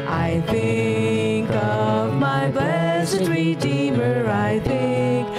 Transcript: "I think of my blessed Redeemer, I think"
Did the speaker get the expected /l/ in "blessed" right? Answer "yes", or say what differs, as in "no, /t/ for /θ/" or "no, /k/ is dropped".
no, /l/ is dropped